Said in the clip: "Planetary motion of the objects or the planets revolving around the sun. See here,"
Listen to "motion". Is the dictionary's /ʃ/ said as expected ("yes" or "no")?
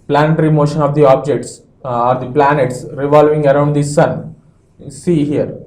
yes